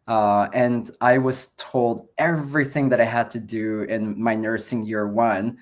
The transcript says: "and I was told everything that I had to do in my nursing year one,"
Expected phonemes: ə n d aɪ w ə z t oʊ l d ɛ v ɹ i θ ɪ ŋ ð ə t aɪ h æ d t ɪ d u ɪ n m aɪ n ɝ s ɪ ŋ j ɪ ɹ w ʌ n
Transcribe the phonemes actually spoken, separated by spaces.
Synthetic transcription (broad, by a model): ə n aɪ w ə z t oʊ l d ɛ v ɹ i θ ɪ ŋ ð ə t aɪ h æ d t ɪ d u ɪ n m aɪ n ɝ s ɪ ŋ j ɪ ɹ w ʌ n